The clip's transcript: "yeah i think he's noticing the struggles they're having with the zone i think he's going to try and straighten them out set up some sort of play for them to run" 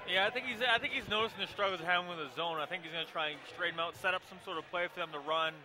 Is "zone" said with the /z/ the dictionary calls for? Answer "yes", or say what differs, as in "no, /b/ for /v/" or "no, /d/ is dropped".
yes